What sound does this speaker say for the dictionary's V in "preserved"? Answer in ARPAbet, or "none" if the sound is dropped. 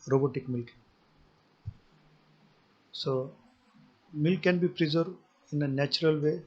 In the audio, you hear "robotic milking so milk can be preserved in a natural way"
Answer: none